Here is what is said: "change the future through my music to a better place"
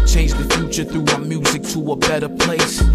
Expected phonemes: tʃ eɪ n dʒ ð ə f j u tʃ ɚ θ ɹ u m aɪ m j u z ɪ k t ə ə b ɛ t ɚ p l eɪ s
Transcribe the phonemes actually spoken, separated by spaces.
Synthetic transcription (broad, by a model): tʃ eɪ n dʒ ð ə f j u tʃ ɚ θ ɹ u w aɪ m j u z ɪ k t ə ə b ɛ t ɚ p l eɪ s